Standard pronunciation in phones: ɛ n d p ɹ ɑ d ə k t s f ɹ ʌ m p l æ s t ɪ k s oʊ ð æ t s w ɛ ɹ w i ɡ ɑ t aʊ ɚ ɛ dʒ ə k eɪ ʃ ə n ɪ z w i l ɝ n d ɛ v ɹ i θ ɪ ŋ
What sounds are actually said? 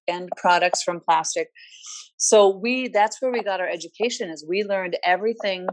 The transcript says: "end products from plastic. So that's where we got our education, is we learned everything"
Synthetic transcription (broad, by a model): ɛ n p ɹ ɑ d ə k t s f ɹ ʌ m p l æ s t ɪ k s oʊ ð æ t s w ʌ ɹ w i ɡ ɑ t aʊ ɚ ɛ dʒ ə k eɪ ʃ ə n ɪ z w i l ɝ n d ɛ v ɹ i θ ɪ ŋ